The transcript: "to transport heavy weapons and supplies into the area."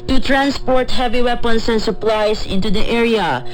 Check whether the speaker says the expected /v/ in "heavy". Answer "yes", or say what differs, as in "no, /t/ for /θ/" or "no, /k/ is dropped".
yes